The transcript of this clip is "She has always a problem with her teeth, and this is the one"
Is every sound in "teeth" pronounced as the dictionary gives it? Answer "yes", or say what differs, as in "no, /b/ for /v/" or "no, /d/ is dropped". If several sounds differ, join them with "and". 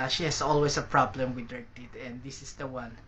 no, /t/ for /θ/